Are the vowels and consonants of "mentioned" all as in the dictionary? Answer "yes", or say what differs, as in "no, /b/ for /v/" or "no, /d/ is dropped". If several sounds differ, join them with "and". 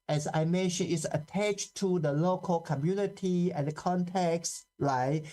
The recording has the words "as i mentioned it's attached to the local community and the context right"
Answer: no, /d/ is dropped